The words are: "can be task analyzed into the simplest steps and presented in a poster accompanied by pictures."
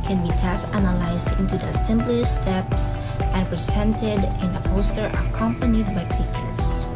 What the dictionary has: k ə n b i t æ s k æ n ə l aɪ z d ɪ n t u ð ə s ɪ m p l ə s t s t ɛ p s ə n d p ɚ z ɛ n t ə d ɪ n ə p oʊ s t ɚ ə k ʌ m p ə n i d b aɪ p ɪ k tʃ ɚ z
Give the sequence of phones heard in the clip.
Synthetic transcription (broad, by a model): k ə n b i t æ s æ n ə l aɪ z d ɪ n t u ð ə s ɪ m b l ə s s t ɛ p s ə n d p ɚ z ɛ n t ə d ɪ n ə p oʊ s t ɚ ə k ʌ m p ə n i d b aɪ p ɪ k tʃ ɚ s